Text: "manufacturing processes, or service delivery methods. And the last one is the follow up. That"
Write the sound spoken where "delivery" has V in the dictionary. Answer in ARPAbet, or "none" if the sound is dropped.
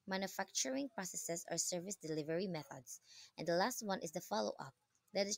V